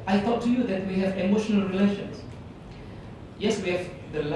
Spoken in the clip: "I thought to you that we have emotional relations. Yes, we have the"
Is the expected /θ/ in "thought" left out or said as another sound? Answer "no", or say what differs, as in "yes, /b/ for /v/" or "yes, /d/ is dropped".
yes, /t/ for /θ/